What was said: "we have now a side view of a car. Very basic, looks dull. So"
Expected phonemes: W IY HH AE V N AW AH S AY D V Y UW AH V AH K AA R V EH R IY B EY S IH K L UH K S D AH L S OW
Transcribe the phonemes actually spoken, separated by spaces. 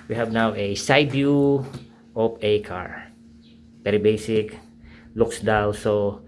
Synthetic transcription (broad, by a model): W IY HH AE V N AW AH S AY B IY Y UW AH P AH K AA R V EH R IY B EY S IH K L UH K S D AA W S OW